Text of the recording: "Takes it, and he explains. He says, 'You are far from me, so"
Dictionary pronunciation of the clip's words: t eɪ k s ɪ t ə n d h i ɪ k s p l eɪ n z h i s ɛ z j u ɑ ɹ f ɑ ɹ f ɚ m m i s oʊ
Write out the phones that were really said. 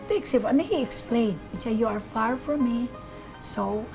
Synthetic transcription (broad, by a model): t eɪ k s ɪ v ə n h i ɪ k s p l eɪ n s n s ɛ j u ɑ ɹ f ɑ ɹ f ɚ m m i s oʊ